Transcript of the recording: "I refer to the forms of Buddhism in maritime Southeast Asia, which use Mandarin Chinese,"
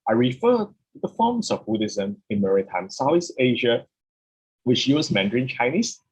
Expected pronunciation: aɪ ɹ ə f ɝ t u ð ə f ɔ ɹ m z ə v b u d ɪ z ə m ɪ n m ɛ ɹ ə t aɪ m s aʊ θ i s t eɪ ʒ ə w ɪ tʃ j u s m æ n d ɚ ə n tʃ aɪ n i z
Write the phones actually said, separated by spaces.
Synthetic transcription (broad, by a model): aɪ ɹ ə f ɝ t u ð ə f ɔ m s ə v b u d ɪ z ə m ɪ n m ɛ ɹ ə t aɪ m s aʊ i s eɪ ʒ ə w ɪ tʃ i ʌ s m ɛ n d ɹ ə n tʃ aɪ n i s